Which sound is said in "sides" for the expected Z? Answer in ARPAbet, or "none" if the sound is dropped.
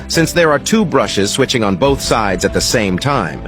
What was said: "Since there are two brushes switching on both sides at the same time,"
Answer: Z